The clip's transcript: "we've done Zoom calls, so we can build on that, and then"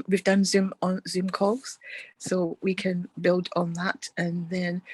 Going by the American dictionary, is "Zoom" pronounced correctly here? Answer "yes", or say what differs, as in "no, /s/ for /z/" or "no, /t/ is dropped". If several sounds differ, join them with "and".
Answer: yes